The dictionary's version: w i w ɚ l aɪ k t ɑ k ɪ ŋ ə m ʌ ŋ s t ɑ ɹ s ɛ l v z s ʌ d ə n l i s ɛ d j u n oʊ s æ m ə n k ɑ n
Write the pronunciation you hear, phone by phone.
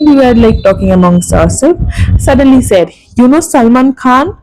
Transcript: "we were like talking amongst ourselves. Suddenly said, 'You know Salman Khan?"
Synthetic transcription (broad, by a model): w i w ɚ l aɪ k t ɑ k ɪ ŋ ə m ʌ ŋ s ɑ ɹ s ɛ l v s ʌ d ə n l i s ɛ d j u n oʊ s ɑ m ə n k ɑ n